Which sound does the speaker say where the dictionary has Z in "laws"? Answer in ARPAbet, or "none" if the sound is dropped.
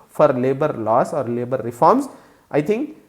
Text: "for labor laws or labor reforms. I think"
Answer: S